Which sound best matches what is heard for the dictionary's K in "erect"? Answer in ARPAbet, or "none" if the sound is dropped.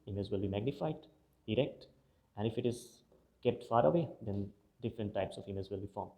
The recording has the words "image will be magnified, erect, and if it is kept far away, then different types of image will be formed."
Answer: K